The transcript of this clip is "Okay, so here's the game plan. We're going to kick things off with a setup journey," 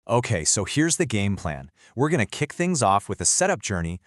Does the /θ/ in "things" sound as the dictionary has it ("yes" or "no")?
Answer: yes